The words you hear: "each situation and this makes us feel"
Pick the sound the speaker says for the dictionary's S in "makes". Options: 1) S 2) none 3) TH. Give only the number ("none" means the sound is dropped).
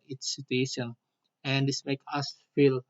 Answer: 2